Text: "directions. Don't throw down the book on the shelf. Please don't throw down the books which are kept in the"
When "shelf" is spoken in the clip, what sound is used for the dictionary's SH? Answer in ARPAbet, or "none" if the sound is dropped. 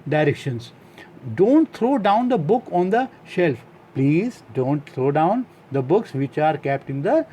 SH